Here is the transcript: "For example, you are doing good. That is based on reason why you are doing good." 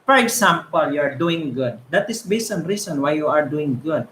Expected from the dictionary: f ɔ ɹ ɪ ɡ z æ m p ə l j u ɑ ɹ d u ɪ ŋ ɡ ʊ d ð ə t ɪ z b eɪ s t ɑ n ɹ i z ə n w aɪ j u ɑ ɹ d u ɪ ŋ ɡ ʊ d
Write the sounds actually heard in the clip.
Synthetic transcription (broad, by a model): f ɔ ɹ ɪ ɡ s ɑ m p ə l j u ɑ ɹ d u ɪ ŋ ɡ ʊ d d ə t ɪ s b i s ɑ n ɹ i s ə n w aɪ j u ɑ ɹ d u ɪ ŋ ɡ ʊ d